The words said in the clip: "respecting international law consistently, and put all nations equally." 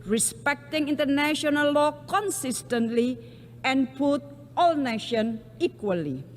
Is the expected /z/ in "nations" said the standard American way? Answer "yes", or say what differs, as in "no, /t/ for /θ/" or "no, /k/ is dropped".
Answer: no, /z/ is dropped